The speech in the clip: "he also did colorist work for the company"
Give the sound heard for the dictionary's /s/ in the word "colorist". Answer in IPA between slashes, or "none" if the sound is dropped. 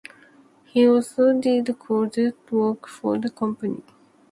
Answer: none